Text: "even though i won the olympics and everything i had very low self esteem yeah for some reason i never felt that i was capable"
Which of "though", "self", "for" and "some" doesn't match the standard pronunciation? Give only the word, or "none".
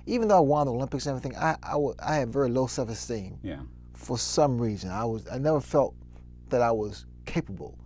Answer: self